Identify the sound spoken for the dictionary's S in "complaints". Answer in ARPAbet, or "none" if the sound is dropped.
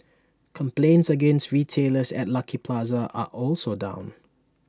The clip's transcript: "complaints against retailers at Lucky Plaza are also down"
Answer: S